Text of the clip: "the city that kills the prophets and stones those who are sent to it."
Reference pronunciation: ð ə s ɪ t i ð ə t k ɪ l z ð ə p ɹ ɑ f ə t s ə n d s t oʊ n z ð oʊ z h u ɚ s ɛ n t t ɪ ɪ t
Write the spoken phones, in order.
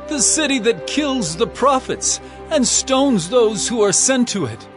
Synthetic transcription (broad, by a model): ð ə s ɪ t i ð ə t k ɪ l z ð ə p ɹ ɑ f ə t s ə n s t oʊ n z ð oʊ z h u ɚ s ɛ n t t ɪ ɪ t